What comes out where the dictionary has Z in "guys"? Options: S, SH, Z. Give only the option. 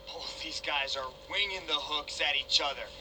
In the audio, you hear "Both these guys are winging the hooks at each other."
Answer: Z